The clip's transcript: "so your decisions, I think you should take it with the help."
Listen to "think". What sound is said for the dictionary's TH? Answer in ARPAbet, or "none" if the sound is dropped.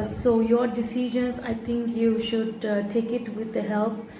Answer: T